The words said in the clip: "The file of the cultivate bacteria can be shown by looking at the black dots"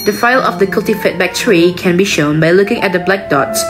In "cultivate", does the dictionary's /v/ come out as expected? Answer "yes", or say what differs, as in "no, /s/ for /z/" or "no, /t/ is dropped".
no, /f/ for /v/